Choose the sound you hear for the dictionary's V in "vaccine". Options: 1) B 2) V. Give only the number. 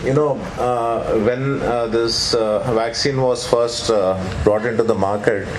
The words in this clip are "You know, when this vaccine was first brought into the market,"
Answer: 2